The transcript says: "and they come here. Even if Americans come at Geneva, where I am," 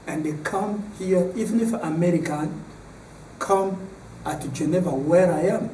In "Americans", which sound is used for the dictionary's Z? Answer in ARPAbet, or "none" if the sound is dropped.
none